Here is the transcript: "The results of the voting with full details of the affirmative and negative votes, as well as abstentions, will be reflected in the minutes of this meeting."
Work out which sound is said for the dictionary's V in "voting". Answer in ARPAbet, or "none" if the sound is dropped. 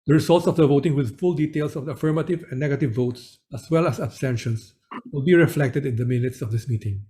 V